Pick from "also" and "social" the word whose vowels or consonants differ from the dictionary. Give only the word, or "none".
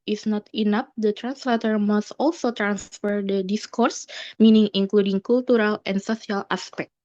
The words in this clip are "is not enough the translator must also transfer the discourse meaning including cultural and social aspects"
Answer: social